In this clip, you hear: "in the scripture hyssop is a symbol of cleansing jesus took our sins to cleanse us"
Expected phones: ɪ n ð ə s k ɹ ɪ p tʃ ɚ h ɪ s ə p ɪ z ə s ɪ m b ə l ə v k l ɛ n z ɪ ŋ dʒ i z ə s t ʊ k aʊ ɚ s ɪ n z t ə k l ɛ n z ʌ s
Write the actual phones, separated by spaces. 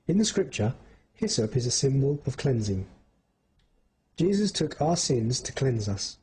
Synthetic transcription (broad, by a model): ɪ n ð ə s k ɹ ɪ p tʃ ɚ h ɪ s ə p ɪ z ə s ɪ m b ə l ə v k l ɛ n z ɪ ŋ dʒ i z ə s t ʊ k aʊ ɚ s ɪ n z t ə k l ɛ n z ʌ s